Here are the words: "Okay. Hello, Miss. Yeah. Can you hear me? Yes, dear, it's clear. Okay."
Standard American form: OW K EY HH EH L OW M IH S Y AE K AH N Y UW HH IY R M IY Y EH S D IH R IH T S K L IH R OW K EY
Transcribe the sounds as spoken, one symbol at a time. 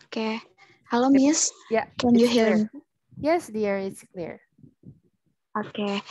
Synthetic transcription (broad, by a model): K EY HH EH L OW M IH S Y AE K AH N Y UW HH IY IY Y EH S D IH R IH T S K L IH R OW K EY